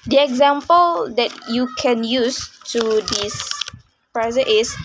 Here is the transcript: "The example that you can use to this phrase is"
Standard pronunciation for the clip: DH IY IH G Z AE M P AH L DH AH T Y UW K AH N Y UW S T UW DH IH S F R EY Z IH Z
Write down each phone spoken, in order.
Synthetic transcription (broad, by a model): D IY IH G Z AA M P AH L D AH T Y UW K AH N Y UW S T UW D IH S P R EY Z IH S